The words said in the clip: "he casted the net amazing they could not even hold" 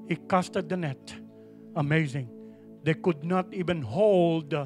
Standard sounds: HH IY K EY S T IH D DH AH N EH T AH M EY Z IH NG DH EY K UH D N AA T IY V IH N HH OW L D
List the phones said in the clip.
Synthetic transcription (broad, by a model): HH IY K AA S T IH D DH AH N EH T AH M EY Z IH NG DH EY K UH D N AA T IY V IH N HH OW L D